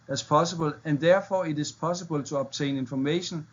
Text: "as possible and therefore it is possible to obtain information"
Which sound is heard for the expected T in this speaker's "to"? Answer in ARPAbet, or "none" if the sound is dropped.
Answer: S